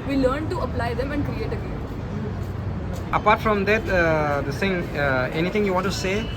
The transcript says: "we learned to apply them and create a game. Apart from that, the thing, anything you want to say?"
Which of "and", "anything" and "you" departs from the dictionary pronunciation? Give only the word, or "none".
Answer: anything